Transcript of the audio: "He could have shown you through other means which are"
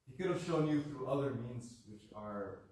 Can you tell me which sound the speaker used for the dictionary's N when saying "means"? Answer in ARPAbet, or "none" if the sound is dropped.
N